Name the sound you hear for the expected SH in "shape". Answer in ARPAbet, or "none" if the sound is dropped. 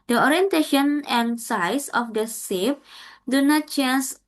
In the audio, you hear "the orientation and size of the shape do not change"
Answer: S